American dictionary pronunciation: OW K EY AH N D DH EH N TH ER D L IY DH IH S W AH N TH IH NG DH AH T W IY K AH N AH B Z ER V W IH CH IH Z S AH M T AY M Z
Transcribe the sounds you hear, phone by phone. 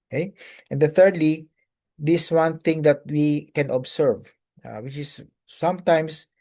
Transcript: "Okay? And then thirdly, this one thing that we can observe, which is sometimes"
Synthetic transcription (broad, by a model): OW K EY AH N D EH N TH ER D L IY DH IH S W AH N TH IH NG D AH T W IY K AH N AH B S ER V W IH CH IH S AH M T AY M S